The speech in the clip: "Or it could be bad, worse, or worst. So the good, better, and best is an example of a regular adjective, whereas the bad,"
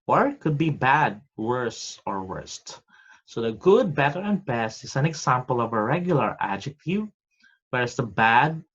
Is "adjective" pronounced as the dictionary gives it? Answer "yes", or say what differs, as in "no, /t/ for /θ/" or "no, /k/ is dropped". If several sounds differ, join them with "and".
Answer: yes